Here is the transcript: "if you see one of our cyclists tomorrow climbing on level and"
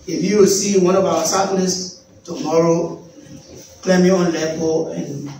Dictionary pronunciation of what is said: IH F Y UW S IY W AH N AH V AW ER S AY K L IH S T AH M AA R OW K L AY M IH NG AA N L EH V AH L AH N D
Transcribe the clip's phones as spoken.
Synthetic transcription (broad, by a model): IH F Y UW S IY W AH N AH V AW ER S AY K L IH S T AH M AA R OW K L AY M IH AA N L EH P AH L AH N